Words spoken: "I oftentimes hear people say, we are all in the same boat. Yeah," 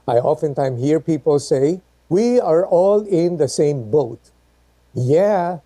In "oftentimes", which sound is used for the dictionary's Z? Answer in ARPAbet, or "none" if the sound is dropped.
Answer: none